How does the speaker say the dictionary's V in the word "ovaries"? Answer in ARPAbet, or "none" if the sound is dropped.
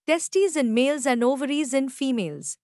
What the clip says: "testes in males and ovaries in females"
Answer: V